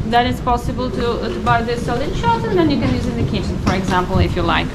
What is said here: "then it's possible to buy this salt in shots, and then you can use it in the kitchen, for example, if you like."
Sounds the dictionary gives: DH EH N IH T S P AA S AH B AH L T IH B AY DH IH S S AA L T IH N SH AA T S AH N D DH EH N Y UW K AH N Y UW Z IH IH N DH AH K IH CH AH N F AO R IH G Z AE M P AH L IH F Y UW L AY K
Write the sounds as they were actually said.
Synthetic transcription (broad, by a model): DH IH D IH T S P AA S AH B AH L T IH B AY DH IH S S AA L IH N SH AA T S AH N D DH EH N Y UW K AH N Y UW Z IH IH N DH AH K IH CH AH N F AO R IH G Z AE M P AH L IH F Y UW L AY K